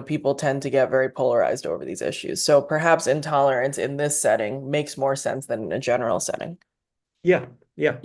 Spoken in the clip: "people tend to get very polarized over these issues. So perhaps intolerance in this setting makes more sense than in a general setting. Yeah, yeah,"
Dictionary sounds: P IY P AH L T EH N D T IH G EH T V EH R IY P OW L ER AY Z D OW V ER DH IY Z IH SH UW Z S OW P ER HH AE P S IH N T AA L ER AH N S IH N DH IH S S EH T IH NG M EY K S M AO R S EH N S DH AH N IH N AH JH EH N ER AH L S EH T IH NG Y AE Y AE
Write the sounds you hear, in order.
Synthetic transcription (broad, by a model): P IY P L T EH N T IH G EH T V EH R IY P OW L ER AY Z D OW V ER DH IY Z IH SH UW Z S OW P ER HH AE P S IH N T AA L ER AH N S IH N DH IH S S EH T IH NG M EY K S M AO R S EH N S DH AH N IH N AH JH EH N ER L S EH T IH NG Y AE Y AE